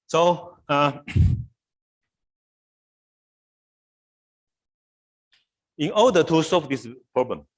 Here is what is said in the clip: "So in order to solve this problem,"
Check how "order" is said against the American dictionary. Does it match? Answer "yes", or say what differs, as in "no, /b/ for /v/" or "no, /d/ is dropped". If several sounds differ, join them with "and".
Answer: no, /l/ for /ɹ/